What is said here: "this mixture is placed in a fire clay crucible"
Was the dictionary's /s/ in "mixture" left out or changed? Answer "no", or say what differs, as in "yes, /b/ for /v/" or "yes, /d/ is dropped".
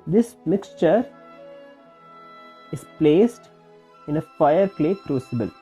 no